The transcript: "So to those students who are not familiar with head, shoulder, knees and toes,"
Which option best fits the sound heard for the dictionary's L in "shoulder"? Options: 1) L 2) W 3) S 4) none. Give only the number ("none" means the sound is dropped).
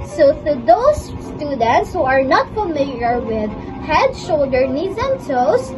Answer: 1